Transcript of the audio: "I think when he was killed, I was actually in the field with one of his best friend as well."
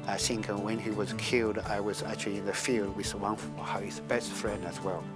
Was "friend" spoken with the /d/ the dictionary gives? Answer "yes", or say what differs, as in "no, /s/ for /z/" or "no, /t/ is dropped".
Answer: yes